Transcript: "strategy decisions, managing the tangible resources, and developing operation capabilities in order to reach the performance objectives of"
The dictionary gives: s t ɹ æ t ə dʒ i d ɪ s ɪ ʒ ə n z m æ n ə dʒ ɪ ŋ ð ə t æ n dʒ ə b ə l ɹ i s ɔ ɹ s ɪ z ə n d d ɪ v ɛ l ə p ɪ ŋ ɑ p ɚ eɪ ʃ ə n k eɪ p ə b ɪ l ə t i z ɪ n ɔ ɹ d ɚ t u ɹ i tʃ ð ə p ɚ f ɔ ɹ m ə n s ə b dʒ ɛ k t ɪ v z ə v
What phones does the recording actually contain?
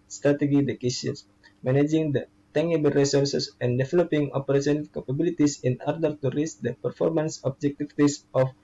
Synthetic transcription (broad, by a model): s t ɹ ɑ t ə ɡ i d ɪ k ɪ s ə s m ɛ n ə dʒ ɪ ŋ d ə t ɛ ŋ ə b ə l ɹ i s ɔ ɹ s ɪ s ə n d d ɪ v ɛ l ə p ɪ ŋ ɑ p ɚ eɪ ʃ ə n k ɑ p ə b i l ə t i s ɪ n ɔ ɹ d ɚ t u ɹ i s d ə p ɚ f ɔ ɹ m ə n s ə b dʒ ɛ k t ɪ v s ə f